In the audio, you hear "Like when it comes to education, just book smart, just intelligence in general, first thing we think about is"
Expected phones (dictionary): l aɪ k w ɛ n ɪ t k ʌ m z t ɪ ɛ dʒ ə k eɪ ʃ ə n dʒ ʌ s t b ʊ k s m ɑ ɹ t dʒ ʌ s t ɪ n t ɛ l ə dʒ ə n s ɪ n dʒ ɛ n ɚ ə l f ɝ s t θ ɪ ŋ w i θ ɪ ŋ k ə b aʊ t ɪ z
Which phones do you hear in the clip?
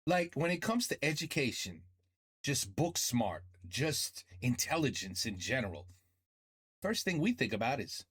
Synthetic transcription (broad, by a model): l aɪ k w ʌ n ɪ t k ʌ m z t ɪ ɛ dʒ ə k eɪ ʃ ə n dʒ ʌ s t b ʊ k s m ɑ ɹ t dʒ ʌ s t ɪ n t ɛ l ə dʒ ə n s ɪ n dʒ ɛ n ɚ l f ɝ s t θ ɪ ŋ w i θ ɪ ŋ k ə b aʊ t ɪ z